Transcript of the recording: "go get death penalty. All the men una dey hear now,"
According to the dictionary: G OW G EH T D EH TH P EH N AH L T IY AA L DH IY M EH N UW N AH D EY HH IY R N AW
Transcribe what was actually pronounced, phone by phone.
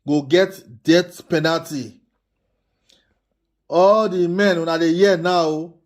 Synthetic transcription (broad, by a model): G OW G EH T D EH T P EH N AH L T IY AA L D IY M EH N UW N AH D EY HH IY N AW